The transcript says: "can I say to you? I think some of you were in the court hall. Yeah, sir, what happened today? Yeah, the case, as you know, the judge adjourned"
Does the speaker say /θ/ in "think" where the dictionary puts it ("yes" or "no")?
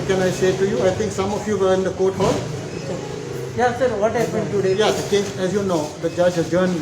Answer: no